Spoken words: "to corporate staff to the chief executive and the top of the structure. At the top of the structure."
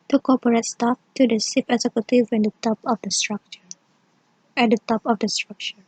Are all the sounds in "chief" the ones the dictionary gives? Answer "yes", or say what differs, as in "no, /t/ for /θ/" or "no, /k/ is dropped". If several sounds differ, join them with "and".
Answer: no, /s/ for /tʃ/